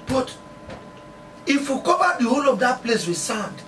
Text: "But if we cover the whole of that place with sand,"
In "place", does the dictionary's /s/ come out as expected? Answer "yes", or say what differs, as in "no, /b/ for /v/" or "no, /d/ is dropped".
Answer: yes